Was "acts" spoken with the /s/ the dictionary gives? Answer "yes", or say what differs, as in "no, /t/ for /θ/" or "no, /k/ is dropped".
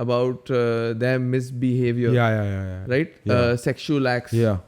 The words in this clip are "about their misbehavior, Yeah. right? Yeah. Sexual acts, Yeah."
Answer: yes